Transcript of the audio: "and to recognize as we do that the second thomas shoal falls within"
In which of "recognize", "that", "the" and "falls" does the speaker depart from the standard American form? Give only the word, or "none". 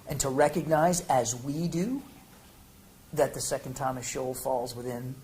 none